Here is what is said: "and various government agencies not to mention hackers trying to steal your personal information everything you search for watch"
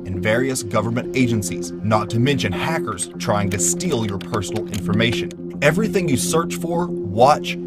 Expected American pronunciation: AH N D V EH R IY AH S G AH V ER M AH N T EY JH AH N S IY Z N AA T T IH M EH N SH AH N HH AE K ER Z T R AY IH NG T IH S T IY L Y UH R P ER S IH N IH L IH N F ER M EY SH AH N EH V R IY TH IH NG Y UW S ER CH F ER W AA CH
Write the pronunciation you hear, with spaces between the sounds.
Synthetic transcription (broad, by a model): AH N V EH R IY AH S G AH V ER M AH N T EY JH AH N S IY Z N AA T T IH M EH N SH AH N HH AE K ER Z T R AY IH NG T IH S T IY L Y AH R P ER S N L IH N F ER M EY SH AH N EH V R IY TH IH NG Y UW S ER CH F ER W AA CH